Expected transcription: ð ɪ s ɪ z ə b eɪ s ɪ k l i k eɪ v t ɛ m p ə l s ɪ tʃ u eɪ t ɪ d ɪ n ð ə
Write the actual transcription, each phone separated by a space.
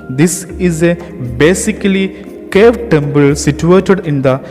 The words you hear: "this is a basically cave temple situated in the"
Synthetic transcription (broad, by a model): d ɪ s ɪ z ə b eɪ s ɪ k l i k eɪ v t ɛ m b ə l s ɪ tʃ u eɪ t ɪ d ɪ n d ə